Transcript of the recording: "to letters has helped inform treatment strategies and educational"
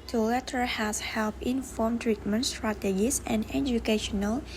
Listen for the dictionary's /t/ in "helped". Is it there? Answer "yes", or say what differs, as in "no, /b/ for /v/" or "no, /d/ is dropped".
no, /t/ is dropped